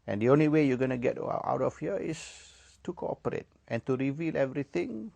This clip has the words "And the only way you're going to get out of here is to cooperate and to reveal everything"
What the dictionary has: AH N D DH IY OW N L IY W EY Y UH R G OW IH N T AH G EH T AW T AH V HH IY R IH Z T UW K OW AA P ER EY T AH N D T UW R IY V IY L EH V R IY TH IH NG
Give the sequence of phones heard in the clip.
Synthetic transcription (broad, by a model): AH N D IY OW N L IY W EY Y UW G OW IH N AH G EH T AW T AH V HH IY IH S T UW K OW AA P ER EY T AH N T UW R IY V IY L EH V R IY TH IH NG